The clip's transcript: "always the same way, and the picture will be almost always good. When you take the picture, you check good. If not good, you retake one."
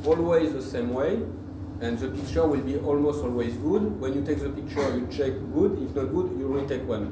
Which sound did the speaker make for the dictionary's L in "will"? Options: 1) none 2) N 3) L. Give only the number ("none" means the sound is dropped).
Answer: 3